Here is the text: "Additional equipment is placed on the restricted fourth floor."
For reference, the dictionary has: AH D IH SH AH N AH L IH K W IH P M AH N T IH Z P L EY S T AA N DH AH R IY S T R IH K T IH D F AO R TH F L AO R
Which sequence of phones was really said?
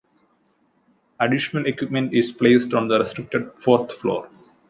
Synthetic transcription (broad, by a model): AH D IH SH AH N AH L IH K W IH P M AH N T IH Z P L EY S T AA N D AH R IY S T R IH K T IH D F AO R T F L AO R